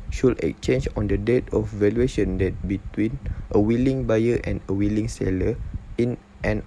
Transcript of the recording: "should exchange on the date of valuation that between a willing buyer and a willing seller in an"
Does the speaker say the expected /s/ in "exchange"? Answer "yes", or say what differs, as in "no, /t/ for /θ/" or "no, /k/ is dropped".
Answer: no, /s/ is dropped